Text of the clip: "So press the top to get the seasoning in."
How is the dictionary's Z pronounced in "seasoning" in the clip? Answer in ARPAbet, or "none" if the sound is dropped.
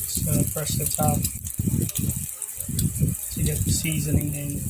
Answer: Z